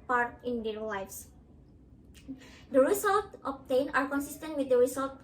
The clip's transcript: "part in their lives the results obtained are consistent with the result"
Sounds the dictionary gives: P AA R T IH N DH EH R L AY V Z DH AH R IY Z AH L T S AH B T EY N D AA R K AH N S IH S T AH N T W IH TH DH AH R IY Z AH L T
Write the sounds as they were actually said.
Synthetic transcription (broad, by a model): P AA R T IH N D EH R L AY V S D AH R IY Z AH L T AH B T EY N AA R K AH N S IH S T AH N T W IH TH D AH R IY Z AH L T